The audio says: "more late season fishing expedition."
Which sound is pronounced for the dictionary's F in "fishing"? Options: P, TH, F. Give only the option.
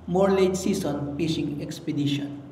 P